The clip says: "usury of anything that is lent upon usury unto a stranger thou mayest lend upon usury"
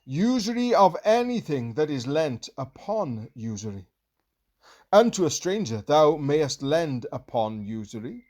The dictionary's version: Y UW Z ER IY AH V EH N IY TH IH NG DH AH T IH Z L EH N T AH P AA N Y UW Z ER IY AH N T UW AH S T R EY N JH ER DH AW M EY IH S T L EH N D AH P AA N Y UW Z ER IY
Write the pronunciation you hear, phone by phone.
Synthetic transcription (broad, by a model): Y UW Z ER IY AH V EH N IY TH IH NG DH AH T IH Z L EH N T AH P AA N Y UW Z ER IY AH N T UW AH S T R EY N JH ER DH AW M EY IH S T L EH N D AH P AA N Y UW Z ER IY